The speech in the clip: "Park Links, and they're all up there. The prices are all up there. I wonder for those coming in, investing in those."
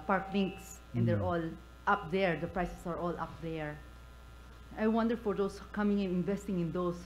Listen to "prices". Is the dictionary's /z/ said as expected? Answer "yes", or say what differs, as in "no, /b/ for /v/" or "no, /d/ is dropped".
no, /s/ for /z/